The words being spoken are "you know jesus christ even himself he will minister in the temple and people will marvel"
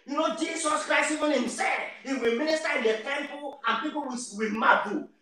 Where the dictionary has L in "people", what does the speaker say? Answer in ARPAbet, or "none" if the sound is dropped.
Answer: W